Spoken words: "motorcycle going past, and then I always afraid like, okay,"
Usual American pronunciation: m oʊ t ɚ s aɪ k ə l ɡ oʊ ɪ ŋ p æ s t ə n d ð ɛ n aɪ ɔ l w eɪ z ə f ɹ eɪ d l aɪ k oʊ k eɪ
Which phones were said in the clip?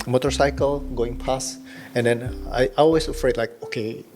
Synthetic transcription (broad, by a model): m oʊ t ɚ s aɪ k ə l ɡ oʊ ɪ ŋ p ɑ s ə n d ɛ n aɪ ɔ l w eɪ s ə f ɹ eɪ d l aɪ k oʊ k eɪ